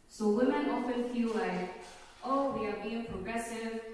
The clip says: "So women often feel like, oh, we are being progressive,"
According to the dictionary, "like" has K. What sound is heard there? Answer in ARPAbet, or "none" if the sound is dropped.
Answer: none